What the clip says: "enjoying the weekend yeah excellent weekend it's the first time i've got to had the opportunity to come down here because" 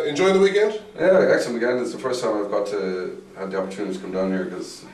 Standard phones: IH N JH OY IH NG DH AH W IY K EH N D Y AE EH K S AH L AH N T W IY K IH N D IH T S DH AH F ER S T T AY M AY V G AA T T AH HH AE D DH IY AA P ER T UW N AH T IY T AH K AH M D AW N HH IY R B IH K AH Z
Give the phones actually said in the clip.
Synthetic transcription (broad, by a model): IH N JH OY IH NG DH AH W IY K EH N D Y AE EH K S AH N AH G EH IH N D IH T S DH AH F ER S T T AY M AY V G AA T T AH HH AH D DH IY AA P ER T UW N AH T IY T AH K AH M D AW N HH IY R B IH K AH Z